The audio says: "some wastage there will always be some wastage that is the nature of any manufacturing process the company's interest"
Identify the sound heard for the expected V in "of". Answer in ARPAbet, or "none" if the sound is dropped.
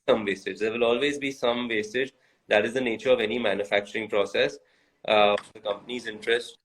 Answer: V